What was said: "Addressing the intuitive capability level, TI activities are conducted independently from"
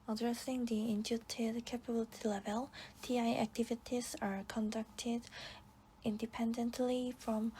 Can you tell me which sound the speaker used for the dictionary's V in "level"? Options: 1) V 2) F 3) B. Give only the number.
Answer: 1